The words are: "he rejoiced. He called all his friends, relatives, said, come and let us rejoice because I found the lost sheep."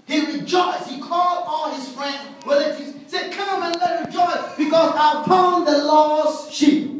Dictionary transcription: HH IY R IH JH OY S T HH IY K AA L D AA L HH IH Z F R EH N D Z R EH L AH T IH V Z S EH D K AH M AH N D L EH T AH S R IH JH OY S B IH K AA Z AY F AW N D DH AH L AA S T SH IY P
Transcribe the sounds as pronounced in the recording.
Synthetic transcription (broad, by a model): HH IY R IH JH OY S T HH IY K AA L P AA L HH IH Z F R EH N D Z W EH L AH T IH Z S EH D K AH M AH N L EH T R IH JH OY S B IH K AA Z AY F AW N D DH AH L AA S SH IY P